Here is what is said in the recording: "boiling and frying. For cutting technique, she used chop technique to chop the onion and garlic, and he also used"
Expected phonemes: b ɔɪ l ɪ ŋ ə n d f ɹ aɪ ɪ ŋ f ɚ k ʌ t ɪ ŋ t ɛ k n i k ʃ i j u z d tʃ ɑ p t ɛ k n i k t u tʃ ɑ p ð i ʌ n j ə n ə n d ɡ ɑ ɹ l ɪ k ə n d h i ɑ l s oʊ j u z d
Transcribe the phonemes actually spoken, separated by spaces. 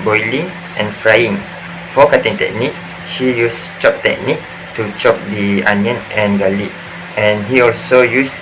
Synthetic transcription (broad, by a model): b ɔɪ l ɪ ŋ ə n f ɹ aɪ ɪ ŋ f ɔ k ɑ t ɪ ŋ t ɛ k n i k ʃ i j u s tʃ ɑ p t ɛ k n i k t u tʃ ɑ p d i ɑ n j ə n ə n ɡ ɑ l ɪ ə n h i ɑ l s oʊ j u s